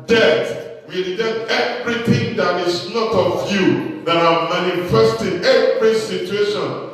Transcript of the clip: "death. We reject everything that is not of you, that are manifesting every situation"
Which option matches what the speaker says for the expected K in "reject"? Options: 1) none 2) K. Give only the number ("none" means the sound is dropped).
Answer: 1